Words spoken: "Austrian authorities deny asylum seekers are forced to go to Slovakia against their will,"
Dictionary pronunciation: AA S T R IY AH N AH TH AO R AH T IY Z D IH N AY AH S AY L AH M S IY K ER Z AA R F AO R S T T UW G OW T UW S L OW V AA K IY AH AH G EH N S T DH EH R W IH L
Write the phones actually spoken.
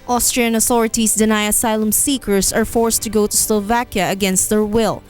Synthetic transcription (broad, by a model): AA S T R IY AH N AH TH AO R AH T IY S D IH N AY AH S AY L AH M S IY K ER S AA R F AO R S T T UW G OW T UW S L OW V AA K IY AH AH G EH N S T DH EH R W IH L